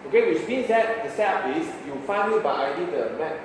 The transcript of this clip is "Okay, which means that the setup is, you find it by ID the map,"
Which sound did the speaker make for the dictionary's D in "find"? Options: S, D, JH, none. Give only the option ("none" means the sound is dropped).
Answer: none